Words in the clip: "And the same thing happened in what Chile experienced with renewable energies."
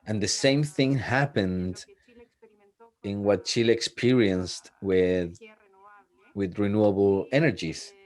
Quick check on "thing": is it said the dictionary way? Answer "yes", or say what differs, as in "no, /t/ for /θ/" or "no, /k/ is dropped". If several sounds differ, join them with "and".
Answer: yes